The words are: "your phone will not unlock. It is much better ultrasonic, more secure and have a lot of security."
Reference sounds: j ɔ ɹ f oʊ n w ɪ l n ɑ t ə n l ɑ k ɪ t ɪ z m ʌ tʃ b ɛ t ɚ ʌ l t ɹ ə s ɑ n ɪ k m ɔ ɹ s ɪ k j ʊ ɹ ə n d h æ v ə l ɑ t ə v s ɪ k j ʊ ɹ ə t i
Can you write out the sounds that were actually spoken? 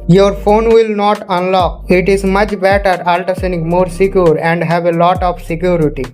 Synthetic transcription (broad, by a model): j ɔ ɹ f oʊ n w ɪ l n ɑ t ə n l ɑ k ɪ t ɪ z m ʌ tʃ b ɛ t ɚ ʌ l t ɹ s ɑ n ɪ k m ɔ ɹ s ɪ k j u ɹ ə n d h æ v ə l ɑ t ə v s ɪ k j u ɹ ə t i